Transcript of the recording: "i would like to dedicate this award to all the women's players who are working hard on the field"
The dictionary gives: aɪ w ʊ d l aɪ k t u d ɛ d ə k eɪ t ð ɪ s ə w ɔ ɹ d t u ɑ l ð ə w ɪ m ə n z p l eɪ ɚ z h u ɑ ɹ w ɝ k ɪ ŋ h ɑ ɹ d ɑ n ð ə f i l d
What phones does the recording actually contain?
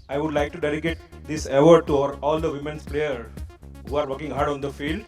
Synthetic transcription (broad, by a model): aɪ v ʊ d l aɪ k t u d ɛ d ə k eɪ t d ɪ s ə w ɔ ɹ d t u ɑ l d ə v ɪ m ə n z p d eɪ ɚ h u ɑ ɹ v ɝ k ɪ ŋ h ɑ ɹ d ɑ n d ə f i l d